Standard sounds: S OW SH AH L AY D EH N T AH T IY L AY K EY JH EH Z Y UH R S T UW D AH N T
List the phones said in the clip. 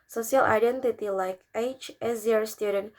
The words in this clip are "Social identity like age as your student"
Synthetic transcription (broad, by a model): S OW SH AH L AY D EH N T AH T IY L AY K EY CH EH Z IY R S T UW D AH N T